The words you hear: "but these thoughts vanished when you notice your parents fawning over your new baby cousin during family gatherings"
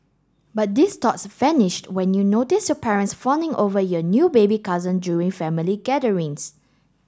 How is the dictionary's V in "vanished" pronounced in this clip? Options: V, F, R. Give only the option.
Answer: F